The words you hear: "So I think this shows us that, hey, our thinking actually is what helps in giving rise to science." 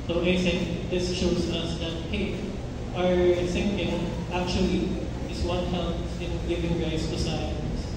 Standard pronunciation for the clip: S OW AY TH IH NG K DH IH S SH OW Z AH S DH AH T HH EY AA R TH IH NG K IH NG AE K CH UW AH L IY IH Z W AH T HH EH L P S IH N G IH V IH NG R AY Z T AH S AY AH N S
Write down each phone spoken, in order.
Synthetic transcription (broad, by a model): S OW AY S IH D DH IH S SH OW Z AH S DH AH T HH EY AA R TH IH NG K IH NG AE K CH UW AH L IY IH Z W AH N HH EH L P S IH N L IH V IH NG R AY S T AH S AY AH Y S